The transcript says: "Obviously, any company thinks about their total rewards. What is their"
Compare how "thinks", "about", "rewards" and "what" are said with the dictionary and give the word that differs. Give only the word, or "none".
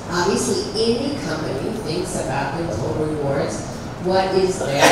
none